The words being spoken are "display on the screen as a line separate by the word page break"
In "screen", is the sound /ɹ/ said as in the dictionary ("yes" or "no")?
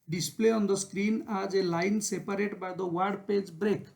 yes